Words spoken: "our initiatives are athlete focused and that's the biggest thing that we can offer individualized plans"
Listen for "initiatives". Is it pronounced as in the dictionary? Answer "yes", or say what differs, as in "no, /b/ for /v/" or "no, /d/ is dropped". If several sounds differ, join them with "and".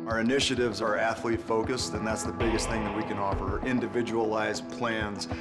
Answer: yes